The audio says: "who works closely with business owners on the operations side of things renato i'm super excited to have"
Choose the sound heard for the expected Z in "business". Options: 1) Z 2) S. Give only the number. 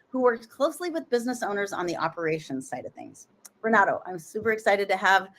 1